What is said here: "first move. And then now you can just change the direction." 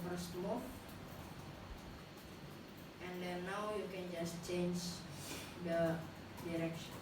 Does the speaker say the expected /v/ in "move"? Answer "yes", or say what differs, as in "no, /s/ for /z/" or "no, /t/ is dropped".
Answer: no, /v/ is dropped